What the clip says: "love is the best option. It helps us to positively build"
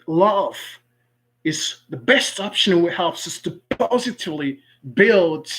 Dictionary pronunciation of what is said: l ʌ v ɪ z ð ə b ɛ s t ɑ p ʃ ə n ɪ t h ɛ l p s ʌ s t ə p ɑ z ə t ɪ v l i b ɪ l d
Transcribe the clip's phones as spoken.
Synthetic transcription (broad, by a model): l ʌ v ɪ z ð ə b ɛ s t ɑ p ʃ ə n ɪ t h ɛ l p s ʌ s t ə p ɑ z ə t ɪ v l i b ɪ l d